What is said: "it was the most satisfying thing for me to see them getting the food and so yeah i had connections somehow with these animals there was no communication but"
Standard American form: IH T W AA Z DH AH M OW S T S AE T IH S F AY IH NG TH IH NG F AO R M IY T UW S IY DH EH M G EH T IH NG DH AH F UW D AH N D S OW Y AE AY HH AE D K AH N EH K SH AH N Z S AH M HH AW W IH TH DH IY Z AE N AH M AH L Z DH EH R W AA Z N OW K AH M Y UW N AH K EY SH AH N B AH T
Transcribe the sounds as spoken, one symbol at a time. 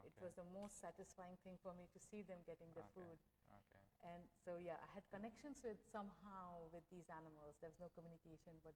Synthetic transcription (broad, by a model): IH T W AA Z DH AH M OW S T S AE T IH S F AY IH NG T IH NG F AO R M IY T UW S IY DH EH M G EH T IH NG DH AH F UW D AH N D S OW Y AE AY HH AE D K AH N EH K SH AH N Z S AH M HH AW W IH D IY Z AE N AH M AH L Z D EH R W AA Z N OW K AH M Y UW N AH K EY SH AH N B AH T